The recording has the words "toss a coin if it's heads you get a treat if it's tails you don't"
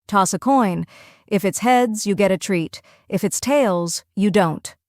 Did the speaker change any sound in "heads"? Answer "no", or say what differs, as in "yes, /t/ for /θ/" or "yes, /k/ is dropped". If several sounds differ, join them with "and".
no